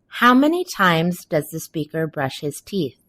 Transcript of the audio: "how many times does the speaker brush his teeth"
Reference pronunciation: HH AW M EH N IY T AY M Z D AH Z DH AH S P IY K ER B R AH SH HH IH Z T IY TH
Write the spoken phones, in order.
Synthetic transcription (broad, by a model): HH AW M EH N IY T AY M Z D AH Z DH AH S P IY K ER B R AH SH HH IH Z T IY TH